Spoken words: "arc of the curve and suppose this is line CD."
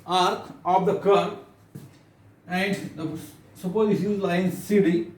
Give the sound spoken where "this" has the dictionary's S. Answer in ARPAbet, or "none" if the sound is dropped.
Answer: SH